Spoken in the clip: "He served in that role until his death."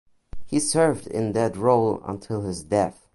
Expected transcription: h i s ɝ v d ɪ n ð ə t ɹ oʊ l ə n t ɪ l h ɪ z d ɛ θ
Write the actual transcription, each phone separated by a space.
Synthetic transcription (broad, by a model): h i s ɝ v d ɪ n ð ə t ɹ oʊ l ə n t ɪ l h ɪ z d ɛ θ